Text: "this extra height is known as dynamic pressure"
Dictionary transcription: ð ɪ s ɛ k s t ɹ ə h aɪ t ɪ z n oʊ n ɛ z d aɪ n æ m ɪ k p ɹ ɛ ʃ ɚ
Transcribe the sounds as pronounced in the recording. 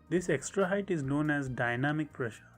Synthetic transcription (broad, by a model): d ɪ s ɛ k s t ɹ ə h aɪ t ɪ z n oʊ n ɛ z d aɪ n æ m ɪ k p ɹ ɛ ʃ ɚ